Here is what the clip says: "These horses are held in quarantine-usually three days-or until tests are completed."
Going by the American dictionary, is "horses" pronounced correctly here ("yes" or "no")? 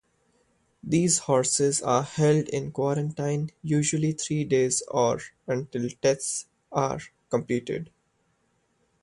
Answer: yes